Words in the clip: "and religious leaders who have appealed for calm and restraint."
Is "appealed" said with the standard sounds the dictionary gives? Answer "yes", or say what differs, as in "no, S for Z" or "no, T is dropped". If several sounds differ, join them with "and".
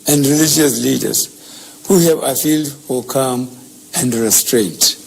no, F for P